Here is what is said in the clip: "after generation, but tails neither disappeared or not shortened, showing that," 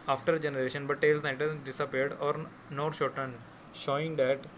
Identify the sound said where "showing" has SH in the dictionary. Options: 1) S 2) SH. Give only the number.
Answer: 2